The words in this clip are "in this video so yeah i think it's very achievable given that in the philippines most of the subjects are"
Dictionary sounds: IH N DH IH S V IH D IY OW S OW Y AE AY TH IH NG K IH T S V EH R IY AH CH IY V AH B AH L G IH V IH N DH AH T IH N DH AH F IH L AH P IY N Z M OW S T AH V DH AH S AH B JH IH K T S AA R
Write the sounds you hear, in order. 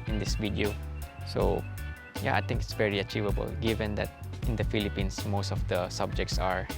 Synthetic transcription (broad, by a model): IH N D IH S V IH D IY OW S OW Y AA AY T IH NG K IH T S V EH R IY AH CH IY V AH B AH L G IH V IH N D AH T IH N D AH F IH L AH P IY N S M OW S T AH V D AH S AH B JH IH K T S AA R